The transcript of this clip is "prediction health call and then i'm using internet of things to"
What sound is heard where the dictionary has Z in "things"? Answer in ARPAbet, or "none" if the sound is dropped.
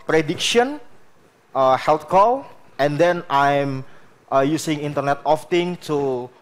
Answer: none